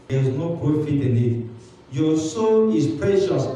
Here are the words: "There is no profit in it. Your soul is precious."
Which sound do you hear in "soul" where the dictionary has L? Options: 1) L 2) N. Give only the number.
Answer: 2